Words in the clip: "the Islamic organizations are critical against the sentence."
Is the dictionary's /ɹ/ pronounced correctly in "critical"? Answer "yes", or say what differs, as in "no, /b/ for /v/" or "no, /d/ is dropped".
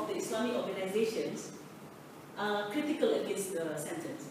yes